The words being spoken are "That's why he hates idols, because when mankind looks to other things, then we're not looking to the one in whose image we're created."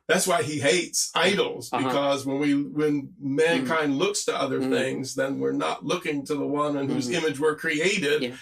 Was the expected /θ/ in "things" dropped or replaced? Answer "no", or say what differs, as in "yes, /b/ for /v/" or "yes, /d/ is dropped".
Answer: no